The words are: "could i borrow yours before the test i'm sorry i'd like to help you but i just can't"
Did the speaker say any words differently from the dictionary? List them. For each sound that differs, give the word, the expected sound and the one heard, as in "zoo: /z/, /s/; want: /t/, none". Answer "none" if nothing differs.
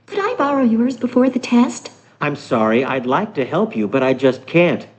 none